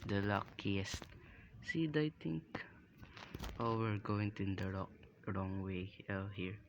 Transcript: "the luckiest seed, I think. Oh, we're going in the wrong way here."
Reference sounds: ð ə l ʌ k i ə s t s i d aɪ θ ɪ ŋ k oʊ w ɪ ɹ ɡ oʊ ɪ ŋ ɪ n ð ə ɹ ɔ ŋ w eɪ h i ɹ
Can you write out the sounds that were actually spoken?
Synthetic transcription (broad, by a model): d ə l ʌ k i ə s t s i d aɪ t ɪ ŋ k oʊ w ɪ ɹ ɡ oʊ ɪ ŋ ɪ n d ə ɹ ɔ ŋ w eɪ h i ɹ